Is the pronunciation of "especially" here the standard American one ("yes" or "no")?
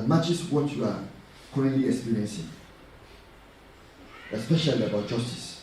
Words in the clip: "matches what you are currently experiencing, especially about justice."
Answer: yes